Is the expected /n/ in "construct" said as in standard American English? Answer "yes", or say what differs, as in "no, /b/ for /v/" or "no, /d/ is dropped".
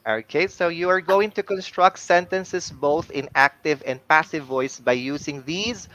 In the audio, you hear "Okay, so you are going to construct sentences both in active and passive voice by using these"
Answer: yes